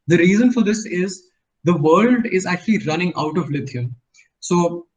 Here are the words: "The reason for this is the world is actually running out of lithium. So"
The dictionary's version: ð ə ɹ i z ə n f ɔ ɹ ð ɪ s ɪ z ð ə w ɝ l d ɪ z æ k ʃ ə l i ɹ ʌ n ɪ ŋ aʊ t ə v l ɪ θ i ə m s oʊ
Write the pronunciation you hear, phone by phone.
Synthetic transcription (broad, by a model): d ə ɹ i z ə n f ɔ ɹ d ɪ s ɪ z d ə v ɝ l d ɪ z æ k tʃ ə l i ɹ ʌ n ɪ ŋ aʊ t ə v l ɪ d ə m s oʊ